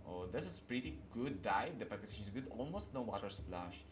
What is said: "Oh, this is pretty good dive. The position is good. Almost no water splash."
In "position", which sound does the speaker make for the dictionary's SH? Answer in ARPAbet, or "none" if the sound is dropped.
S